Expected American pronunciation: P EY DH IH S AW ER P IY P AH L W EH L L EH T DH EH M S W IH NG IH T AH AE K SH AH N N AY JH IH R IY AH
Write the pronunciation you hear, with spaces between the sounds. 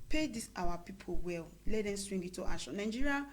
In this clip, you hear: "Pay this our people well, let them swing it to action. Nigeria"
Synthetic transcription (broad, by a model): P EY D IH S AW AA P IY P AH L W EH L L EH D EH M S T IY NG IH T AH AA SH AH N N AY JH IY R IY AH